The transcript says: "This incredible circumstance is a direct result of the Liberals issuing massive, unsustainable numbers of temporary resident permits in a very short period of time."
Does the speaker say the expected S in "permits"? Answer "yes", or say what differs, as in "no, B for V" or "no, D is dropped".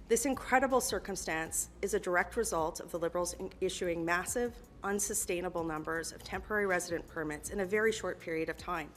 yes